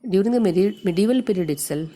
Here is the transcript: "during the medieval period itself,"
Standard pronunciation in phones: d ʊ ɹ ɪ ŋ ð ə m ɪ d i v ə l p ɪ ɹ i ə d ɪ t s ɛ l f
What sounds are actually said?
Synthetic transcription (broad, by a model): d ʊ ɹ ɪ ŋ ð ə m ɪ d i v ə l p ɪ ɹ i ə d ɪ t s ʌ l